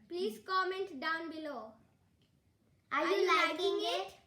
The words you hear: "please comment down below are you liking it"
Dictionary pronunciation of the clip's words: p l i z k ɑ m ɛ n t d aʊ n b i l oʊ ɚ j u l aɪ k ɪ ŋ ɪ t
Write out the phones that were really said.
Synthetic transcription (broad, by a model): p l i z k ɑ m ɛ n t d aʊ n b i l oʊ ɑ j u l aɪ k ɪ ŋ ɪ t